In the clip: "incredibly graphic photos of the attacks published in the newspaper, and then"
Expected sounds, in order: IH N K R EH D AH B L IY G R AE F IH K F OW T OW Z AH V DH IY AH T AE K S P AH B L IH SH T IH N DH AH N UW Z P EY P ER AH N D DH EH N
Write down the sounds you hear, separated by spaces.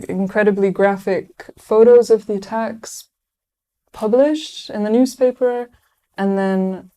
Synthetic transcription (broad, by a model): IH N K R EH D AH B L IY G R AE F IH K F OW T OW Z AH V DH IY AH T AE K S P AH B L IH SH T IH N DH AH N UW Z P EY P ER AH N DH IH N